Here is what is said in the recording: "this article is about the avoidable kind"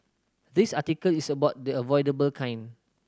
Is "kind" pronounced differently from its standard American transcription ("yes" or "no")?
yes